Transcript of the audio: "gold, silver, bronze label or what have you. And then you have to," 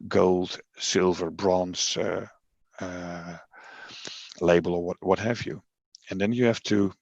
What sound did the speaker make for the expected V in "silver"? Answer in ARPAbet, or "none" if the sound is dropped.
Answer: V